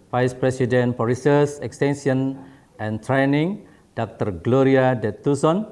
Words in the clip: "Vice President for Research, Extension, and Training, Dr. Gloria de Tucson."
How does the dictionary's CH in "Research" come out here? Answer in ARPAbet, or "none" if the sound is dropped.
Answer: S